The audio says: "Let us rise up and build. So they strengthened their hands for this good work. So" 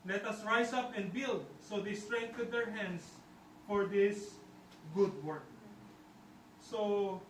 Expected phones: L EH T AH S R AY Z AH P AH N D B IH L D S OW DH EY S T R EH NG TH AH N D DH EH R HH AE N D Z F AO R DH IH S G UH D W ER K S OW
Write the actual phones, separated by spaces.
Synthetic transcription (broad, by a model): L EH T AH S R AY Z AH P AH N D B IH L D S OW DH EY S T R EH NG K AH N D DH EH R HH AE N D S F AO R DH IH S G UH D W ER K S OW